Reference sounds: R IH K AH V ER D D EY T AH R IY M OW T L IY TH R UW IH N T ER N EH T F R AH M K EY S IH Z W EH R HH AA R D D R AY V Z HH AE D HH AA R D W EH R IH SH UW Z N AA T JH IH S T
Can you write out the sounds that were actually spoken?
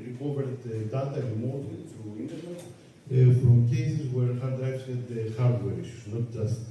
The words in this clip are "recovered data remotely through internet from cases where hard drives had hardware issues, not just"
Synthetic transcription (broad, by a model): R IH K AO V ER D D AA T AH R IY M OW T IY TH R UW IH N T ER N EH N F R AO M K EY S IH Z W EH R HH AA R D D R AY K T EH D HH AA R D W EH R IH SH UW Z N AA T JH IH S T